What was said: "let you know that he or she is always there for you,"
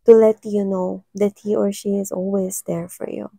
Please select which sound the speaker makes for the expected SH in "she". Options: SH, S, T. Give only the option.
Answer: SH